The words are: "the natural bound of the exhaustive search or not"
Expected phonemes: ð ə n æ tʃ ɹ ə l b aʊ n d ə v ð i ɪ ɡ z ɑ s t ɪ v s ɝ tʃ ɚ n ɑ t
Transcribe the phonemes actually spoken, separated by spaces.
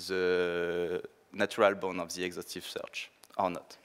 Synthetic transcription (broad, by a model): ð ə n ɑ tʃ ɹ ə l b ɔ n ə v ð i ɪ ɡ z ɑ s t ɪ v s ɝ tʃ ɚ n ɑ t